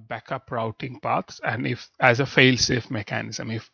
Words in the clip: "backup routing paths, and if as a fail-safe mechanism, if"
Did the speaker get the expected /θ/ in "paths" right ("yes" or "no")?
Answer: no